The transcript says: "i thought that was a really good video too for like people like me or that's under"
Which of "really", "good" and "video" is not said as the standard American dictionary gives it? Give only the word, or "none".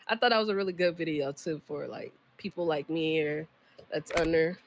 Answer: none